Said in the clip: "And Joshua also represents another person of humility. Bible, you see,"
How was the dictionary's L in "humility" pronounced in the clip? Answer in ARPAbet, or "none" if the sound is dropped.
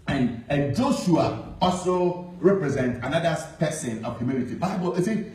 N